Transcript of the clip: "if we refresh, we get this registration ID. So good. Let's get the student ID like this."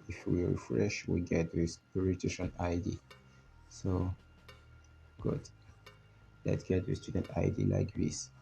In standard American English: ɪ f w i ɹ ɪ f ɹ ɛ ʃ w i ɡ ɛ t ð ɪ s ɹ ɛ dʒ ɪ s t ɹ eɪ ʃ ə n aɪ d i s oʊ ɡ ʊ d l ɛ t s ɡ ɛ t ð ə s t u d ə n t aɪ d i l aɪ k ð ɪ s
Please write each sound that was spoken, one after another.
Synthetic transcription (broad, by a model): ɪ f w i ɹ ɪ f ɹ ɛ ʃ w i ɡ ɛ t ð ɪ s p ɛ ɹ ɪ t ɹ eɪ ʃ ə n aɪ d i s oʊ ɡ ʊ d l ɛ t s ɡ ɛ t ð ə s t u d ə n t aɪ d i l aɪ k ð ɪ s